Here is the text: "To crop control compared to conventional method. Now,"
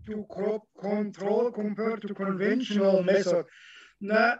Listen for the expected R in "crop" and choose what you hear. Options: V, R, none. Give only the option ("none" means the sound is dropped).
none